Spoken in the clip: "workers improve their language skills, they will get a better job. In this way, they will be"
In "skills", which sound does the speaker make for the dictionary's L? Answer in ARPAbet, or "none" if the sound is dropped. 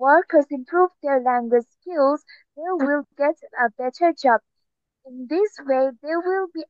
L